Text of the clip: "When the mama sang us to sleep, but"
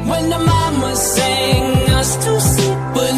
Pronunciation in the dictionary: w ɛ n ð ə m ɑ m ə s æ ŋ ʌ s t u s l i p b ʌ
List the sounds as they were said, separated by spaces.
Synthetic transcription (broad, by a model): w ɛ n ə m ɑ m ə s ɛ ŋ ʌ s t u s i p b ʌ